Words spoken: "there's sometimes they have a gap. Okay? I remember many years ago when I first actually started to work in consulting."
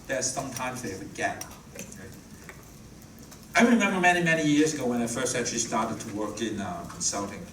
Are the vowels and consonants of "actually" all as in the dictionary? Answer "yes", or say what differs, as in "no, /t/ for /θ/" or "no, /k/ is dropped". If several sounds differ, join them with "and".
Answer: no, /k/ is dropped